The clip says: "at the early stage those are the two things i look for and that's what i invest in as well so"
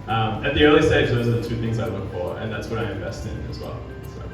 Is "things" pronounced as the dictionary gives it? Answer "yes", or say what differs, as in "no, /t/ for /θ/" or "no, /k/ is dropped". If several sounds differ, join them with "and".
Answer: yes